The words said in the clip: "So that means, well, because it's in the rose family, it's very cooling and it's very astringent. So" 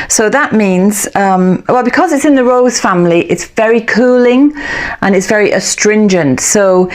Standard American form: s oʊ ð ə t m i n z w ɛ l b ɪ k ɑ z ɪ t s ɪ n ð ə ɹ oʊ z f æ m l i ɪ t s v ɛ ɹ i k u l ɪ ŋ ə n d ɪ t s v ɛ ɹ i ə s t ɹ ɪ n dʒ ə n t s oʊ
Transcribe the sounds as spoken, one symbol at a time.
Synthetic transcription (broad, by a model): s oʊ ð ə t m i n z w ɛ l b ɪ k ɑ z ɪ t s ɪ n ð ə ɹ oʊ z f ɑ m l i ɪ t s v ɛ ɹ i k u l ɪ ŋ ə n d ɪ t s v ɛ ɹ i ə s t ɹ ɪ n dʒ ə n t s oʊ